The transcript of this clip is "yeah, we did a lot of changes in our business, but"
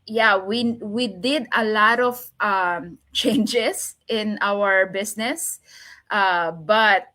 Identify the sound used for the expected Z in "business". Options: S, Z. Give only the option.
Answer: S